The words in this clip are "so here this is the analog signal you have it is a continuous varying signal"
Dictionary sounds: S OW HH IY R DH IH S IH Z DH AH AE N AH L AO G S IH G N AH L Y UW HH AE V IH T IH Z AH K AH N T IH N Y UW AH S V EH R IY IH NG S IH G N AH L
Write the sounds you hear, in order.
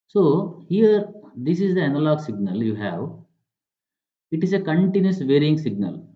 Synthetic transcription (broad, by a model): S OW HH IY R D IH S IH Z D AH AE N AH L AO G S IH G N AH L Y UW HH AE V IH T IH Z AH K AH N T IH N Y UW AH S V EH R IY IH NG S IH G N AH L